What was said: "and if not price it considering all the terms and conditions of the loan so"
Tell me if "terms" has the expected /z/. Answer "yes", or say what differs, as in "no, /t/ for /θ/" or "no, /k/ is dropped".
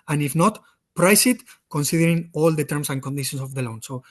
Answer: no, /s/ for /z/